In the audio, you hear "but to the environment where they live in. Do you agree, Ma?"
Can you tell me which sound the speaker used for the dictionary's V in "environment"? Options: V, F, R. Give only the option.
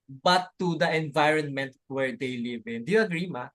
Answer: V